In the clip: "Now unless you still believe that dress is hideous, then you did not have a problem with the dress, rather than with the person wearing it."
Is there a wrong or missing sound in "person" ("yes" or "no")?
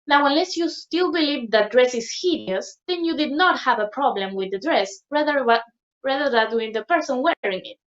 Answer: no